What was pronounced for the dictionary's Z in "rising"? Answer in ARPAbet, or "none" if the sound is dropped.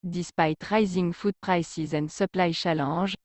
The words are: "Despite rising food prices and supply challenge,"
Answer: Z